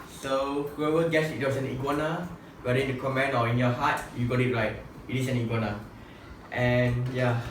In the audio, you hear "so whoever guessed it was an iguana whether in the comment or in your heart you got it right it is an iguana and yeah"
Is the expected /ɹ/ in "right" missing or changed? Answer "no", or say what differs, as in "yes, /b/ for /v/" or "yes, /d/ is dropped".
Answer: yes, /l/ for /ɹ/